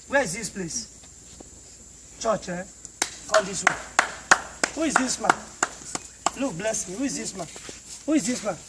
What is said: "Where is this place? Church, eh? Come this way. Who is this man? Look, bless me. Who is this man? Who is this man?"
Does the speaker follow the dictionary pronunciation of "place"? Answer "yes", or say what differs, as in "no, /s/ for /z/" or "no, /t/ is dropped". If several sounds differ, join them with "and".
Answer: yes